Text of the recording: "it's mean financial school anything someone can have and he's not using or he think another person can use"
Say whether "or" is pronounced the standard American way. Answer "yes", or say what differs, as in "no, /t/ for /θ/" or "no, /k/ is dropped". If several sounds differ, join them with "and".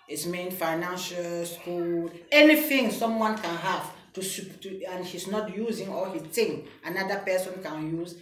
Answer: no, /l/ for /ɹ/